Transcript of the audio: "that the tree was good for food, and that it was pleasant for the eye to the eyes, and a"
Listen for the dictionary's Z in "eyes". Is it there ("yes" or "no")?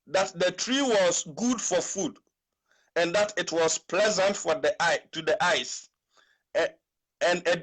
no